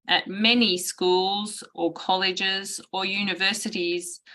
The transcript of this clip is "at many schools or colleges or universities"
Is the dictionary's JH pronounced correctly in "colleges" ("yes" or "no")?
yes